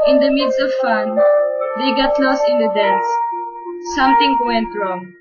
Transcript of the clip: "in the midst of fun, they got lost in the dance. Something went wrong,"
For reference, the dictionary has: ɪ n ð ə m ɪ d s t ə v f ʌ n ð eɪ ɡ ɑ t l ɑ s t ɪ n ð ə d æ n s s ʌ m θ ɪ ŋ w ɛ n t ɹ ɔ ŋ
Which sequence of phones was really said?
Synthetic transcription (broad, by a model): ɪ n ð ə m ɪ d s ə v f ʌ n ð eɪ ɡ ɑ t l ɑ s ɪ n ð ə d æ n s s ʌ m t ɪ ŋ w ɛ n t ɹ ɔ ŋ